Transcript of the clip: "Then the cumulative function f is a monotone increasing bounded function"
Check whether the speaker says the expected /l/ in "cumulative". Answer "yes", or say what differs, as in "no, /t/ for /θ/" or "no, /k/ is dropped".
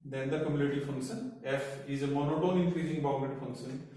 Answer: no, /n/ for /l/